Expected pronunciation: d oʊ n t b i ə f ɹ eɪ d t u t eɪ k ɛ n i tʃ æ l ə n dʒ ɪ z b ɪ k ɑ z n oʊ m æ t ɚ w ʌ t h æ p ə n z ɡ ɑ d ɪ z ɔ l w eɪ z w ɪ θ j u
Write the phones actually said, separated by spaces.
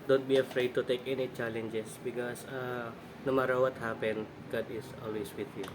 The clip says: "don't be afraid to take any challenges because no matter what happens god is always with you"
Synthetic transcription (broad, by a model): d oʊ n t b i ə f ɹ eɪ d t u t eɪ k ɛ n i tʃ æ l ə n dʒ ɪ s b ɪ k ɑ s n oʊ m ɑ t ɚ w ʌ t h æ p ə n ɡ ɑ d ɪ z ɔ l w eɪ s w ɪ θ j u